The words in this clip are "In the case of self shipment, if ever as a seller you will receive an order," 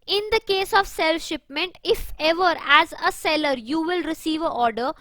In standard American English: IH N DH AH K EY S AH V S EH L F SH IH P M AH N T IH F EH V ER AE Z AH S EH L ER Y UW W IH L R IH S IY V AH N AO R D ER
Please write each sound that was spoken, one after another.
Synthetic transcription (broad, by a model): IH N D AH K EY S AH V S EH L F SH IH P M AH N T IH F EH V ER AE Z AH S EH L ER Y UW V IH L R IH S IY V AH AO R D ER